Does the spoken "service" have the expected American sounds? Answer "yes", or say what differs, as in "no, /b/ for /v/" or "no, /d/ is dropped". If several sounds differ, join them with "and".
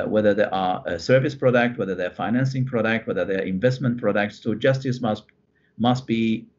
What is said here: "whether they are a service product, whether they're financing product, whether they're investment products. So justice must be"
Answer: yes